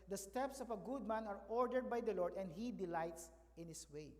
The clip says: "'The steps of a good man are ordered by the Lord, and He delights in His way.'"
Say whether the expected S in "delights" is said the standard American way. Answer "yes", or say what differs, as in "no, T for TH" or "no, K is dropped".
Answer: yes